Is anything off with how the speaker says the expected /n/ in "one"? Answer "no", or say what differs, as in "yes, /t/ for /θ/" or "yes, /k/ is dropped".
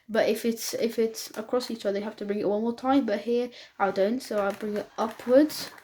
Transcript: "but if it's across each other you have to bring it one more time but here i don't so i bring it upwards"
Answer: yes, /l/ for /n/